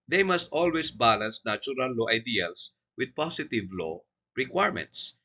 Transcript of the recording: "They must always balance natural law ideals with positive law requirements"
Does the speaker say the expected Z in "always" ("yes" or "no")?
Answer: no